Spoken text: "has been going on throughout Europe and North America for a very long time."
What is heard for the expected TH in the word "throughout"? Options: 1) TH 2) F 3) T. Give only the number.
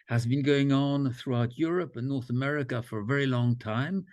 1